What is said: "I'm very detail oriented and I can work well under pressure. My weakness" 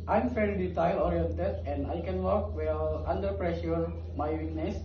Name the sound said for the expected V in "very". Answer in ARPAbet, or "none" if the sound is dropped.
F